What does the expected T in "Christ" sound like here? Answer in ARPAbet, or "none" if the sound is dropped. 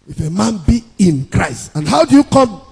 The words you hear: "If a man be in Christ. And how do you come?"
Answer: T